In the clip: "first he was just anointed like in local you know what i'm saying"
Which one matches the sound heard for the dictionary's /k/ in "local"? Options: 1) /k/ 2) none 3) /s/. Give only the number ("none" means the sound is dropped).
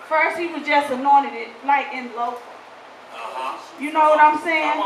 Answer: 2